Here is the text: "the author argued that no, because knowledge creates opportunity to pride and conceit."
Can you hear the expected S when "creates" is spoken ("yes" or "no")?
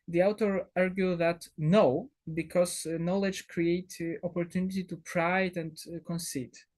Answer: no